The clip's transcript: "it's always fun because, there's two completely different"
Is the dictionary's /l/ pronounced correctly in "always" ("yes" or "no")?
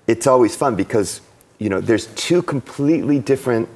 yes